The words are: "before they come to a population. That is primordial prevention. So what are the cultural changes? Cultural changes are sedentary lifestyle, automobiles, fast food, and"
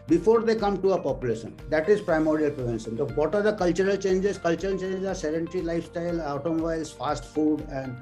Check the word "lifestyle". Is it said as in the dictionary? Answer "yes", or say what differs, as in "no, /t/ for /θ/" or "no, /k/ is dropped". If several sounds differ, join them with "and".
yes